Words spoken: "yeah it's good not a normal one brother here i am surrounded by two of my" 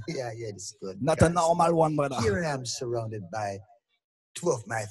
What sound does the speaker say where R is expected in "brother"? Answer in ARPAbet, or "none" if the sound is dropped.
none